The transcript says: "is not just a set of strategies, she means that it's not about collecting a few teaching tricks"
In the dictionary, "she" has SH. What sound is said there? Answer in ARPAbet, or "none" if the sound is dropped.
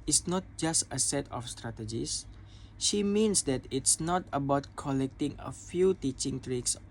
SH